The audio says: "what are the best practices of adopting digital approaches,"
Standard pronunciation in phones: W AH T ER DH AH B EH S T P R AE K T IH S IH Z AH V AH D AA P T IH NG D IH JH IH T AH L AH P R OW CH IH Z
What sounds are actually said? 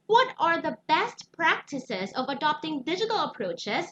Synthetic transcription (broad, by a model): W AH T ER DH AH B EH S T P R AE K T IH S IH Z AH V AH D AA P T IH NG D IH JH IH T L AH P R OW CH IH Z